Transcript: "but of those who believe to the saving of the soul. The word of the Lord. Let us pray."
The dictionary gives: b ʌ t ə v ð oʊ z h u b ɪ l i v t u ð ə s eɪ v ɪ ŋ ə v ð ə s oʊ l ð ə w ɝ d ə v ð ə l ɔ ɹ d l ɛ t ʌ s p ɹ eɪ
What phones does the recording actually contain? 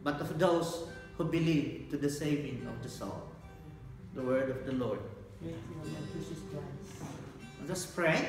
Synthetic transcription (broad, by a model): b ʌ t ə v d oʊ s h u b ɪ l i v t u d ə s eɪ v ɪ ŋ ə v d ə s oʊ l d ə w ɝ d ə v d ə l ɔ ɹ d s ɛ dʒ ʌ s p ɹ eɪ